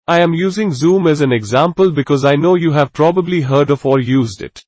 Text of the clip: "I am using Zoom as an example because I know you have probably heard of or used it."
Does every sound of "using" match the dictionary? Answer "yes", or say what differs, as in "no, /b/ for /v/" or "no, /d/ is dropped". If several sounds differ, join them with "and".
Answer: yes